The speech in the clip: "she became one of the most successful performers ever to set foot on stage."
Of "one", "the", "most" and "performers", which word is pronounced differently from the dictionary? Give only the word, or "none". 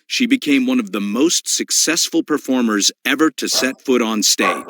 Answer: none